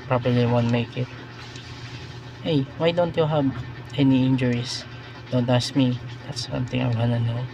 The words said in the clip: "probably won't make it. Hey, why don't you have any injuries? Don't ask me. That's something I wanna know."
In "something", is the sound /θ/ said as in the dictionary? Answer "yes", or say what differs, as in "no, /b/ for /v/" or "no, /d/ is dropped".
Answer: no, /t/ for /θ/